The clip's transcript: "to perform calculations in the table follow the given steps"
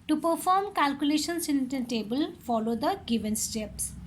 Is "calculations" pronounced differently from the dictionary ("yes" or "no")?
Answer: yes